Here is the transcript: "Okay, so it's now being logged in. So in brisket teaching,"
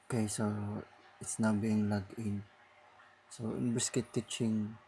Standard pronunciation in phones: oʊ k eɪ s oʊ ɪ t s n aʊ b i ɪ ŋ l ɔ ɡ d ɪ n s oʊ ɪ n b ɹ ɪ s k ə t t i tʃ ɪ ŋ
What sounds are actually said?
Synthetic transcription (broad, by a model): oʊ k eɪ s oʊ ɪ t s n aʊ b i ɪ ŋ l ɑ ɡ ɪ n s oʊ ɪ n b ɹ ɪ s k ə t t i tʃ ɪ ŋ